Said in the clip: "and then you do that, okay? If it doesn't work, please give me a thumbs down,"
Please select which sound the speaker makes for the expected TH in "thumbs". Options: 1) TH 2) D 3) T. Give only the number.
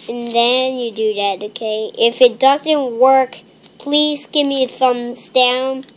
1